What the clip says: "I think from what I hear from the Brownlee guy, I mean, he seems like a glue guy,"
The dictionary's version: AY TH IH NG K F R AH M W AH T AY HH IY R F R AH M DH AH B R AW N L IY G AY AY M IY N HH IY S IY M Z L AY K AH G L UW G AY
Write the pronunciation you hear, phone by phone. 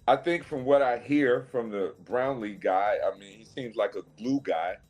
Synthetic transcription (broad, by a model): AY TH IH NG K F R AH M W AH T AY HH IY R F R AH M DH AH B R AW N L IY G AY AY M IY N HH IY S IY M Z L AY K AH G L UW G AY